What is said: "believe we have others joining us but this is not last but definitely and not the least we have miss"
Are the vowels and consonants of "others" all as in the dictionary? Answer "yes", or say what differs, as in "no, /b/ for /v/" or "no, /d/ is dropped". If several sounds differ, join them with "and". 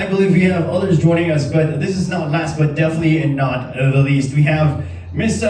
yes